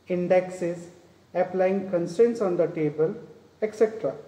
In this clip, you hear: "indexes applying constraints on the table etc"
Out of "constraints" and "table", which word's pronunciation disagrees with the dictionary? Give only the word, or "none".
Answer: constraints